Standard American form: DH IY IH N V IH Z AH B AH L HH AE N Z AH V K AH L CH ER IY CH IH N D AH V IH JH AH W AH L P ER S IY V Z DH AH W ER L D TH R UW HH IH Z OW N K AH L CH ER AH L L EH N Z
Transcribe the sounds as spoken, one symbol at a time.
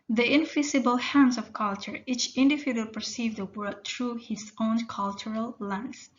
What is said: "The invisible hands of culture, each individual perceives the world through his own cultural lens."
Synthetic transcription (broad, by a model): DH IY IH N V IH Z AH B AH L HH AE N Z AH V K AH L CH ER IY CH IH N D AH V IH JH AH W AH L P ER S IY V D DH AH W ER D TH R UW HH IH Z OW N K AH L CH ER AH L L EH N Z